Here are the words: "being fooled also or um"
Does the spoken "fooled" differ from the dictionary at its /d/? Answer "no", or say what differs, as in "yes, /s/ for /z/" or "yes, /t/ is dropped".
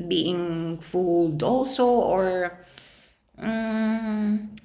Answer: no